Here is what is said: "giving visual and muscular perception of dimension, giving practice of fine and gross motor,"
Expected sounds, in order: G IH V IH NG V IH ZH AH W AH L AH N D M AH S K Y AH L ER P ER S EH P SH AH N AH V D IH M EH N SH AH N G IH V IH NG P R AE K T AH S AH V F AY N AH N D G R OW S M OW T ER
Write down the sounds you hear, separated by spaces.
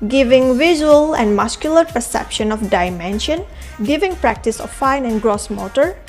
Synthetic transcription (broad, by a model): G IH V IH NG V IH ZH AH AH L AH N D M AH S K Y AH L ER P ER S EH P SH AH N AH F D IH M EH N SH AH N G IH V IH NG P R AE K T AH S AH F F AY N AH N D G R OW S M OW T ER